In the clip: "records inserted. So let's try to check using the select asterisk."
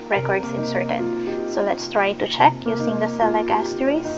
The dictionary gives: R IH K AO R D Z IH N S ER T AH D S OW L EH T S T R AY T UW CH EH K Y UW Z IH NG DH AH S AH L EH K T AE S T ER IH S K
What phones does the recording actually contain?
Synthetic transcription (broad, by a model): R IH K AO R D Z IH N S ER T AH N S OW L EH T S T R AY T UW CH EH K Y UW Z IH NG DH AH S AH L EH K AE S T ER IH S